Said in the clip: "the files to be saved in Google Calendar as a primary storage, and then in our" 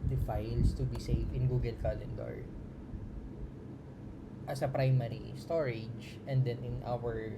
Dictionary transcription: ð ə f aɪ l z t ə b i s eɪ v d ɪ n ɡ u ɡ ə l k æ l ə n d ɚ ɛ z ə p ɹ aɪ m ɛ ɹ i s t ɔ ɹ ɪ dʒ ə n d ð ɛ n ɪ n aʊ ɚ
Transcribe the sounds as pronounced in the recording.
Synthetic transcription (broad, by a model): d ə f aɪ l s t ə b i s eɪ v ɪ n ɡ u ɡ ə l k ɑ l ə n d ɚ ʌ s ə p ɹ aɪ m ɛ ɹ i s t ɔ ɹ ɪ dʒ ə n d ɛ n ɪ n aʊ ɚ